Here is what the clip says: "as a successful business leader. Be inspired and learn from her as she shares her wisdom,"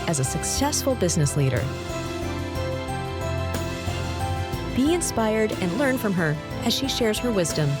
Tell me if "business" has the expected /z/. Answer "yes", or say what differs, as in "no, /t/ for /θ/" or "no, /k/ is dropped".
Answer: yes